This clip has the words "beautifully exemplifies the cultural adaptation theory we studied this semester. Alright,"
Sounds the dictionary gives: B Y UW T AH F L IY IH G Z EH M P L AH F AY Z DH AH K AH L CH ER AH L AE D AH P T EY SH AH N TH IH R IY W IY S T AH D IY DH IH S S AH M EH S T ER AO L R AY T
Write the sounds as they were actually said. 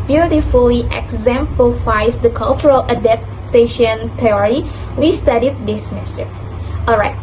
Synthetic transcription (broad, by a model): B Y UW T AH F L IY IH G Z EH M P L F AY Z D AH K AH L CH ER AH L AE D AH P T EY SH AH N T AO R IY W IY S T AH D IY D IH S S M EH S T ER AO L R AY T